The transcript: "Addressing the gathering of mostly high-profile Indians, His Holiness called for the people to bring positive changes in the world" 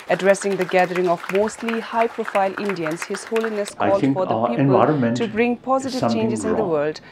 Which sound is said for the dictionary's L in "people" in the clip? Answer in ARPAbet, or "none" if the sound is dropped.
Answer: N